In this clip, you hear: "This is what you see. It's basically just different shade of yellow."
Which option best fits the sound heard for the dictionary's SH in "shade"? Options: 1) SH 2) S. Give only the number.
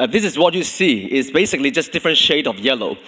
1